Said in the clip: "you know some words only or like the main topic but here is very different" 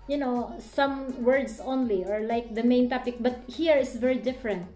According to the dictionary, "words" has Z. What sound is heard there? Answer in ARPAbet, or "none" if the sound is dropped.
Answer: S